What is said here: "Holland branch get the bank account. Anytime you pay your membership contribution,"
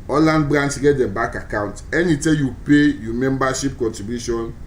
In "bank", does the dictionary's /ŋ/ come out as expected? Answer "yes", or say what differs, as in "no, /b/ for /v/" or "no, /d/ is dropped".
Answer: no, /ŋ/ is dropped